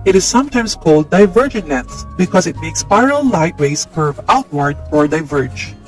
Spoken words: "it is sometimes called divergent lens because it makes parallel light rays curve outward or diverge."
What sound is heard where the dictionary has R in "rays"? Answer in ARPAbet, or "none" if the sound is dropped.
W